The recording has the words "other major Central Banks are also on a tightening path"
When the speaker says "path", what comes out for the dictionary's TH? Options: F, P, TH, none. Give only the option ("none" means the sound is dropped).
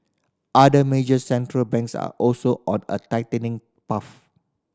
F